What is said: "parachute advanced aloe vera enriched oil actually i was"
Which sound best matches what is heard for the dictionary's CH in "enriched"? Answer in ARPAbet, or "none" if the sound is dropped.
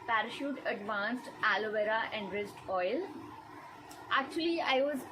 S